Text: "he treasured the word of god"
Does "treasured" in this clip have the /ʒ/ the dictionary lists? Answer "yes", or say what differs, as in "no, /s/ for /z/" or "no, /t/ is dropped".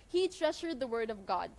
no, /ʃ/ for /ʒ/